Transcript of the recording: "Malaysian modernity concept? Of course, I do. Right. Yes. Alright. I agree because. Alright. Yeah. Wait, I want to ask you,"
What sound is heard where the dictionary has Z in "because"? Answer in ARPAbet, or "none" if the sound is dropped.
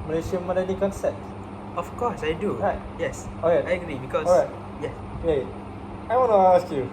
none